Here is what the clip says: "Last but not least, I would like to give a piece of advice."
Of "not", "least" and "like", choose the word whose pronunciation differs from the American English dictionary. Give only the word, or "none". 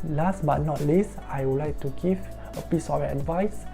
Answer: least